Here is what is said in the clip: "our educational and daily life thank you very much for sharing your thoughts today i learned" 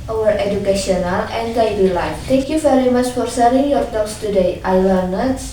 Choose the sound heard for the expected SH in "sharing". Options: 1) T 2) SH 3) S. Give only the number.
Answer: 3